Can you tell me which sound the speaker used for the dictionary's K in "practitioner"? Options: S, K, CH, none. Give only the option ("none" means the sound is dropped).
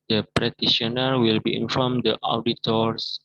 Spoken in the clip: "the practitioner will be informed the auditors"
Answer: none